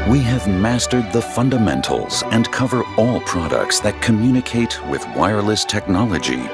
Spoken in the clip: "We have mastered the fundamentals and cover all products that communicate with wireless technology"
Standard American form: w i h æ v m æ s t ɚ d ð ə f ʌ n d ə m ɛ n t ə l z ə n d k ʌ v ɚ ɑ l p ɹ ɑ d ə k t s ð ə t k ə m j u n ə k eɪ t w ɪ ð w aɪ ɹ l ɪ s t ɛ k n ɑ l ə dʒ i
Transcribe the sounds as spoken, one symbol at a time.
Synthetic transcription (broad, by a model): w i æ v m æ s t ɚ d ð ə f ʌ n d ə m ɛ n t l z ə n k ʌ v ɚ ɑ l p ɹ ɑ d ə k t s ð ə t k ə m j u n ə k eɪ t w ɪ ð w aɪ ɹ l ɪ s t ɛ k n ɑ l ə dʒ i